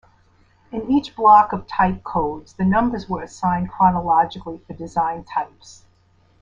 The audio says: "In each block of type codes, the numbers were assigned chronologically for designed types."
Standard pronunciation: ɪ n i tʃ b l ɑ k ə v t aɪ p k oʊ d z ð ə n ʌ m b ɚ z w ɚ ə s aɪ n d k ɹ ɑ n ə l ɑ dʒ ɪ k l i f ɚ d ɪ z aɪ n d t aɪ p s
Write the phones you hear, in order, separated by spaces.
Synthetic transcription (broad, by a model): ɪ n i tʃ b l ɑ k ə v t aɪ p k oʊ d z ð ə n ʌ m b ɚ z w ɚ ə s aɪ n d k ɹ ɑ n ə l ɑ dʒ ɪ k l i f ɚ d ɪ z aɪ n t aɪ p s